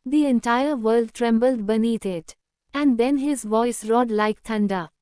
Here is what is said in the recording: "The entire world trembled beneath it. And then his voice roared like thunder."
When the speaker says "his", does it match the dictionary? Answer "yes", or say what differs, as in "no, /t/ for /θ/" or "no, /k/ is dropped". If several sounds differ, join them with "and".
yes